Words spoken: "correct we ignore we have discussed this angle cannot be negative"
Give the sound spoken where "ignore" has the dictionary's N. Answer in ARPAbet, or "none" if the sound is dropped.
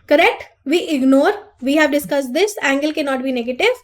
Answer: N